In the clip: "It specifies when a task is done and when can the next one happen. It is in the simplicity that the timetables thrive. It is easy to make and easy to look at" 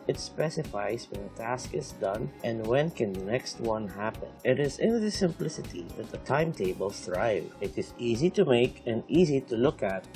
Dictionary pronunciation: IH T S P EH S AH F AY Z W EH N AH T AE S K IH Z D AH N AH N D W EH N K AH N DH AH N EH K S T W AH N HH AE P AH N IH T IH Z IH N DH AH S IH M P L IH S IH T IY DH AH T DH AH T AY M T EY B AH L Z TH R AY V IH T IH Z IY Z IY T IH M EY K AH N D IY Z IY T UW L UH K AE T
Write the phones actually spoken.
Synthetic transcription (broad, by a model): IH T S P EH S AH F AY Z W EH N AH T AE S K IH Z D AH N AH N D W EH N K AH N DH AH N EH K S T W AH N HH AE P AH N IH T IH Z IH N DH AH S IH M P L IH S IH T IY DH AH T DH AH T AY M T EY B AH L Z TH R AY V IH T IH Z IY Z IY T IH M EY K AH N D IY Z IY T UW L UH K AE T